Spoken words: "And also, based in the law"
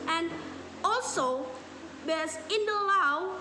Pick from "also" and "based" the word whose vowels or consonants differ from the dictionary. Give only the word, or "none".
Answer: based